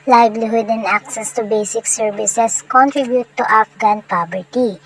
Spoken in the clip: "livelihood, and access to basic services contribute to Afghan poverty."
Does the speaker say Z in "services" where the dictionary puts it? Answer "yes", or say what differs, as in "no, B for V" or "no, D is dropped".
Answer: no, S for Z